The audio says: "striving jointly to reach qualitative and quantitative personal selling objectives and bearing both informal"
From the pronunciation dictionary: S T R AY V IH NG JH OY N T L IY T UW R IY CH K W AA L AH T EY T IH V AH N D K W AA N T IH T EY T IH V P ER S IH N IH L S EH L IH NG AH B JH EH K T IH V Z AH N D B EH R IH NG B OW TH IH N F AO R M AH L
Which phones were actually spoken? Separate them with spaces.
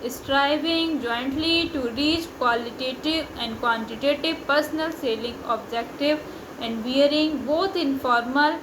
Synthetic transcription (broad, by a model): S T R AY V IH NG JH OY N T L IY T UW R IY CH K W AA L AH T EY T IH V AH N D K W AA N T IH T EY T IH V P ER S IH N IH L S EH L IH NG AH B JH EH K T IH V AH N D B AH R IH NG B OW T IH N F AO R M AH L